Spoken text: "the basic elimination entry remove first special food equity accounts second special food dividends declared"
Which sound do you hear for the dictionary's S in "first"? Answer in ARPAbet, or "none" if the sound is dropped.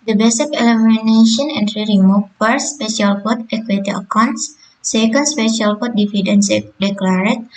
none